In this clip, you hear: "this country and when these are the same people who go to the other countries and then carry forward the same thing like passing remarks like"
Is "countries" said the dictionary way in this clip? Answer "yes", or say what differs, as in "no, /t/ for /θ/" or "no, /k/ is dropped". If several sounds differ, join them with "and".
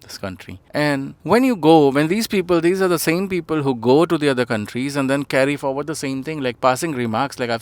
yes